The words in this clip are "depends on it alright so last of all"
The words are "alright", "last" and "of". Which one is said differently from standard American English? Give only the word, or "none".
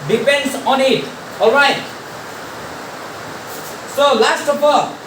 of